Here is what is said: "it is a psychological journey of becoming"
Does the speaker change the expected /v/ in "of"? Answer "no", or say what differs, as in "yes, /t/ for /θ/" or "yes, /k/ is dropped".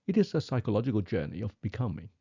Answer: no